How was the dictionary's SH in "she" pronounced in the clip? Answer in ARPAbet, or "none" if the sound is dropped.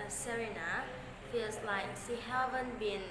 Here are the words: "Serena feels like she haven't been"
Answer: S